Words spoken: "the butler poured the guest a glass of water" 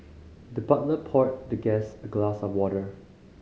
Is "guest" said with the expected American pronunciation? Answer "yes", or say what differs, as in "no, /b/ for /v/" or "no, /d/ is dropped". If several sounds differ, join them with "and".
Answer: no, /t/ is dropped